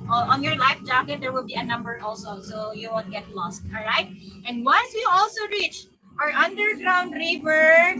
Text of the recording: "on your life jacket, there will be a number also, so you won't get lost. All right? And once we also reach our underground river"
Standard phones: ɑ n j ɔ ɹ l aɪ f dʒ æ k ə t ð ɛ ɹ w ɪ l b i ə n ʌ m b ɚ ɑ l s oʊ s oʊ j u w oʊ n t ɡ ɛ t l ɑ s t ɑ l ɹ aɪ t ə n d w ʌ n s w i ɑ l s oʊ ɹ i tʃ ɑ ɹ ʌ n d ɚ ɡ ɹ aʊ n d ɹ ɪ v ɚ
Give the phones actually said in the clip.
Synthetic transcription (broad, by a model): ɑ n j ɔ ɹ l aɪ f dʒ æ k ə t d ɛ ɹ w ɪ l b i ə n ʌ m b ɚ ɑ l s oʊ s oʊ j u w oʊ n ɡ ɛ t l ɑ s t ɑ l ɹ aɪ t ə n d w ʌ n s w i ɑ l s oʊ ɹ i tʃ ɑ ɹ ʌ n d ɚ ɡ ɹ aʊ n d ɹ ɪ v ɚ